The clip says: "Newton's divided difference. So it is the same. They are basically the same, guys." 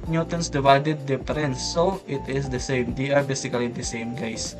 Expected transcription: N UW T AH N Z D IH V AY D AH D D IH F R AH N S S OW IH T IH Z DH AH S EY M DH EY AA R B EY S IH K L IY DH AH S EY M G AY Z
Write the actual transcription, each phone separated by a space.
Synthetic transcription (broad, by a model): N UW T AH N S D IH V AY D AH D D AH P R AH N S S OW IH T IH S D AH S EY M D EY AA R B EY S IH K L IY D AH S EY M G AY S